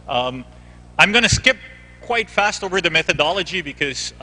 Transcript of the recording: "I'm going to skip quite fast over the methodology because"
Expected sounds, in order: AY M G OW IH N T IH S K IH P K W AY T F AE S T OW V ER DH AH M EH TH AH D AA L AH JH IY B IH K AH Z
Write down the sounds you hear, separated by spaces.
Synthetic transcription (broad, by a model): AY M G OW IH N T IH S K IH P K W AY T F AE S T OW V ER DH AH M EH TH AH D AA L AH JH IY B IH K AH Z